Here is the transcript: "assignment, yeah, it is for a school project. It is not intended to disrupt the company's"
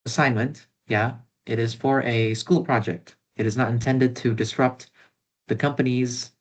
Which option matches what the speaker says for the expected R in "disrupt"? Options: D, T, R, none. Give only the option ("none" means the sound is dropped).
R